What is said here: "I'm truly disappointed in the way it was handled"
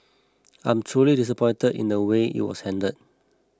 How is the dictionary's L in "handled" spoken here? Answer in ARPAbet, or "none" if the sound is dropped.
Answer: none